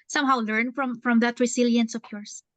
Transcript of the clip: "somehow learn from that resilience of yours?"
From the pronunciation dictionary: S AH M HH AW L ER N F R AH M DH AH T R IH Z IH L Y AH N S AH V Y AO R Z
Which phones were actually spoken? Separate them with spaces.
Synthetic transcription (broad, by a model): S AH M HH AW L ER N F R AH M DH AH T R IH S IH L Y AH N S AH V Y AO R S